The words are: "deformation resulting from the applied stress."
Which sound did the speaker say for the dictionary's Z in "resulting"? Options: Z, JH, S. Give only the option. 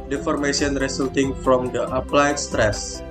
S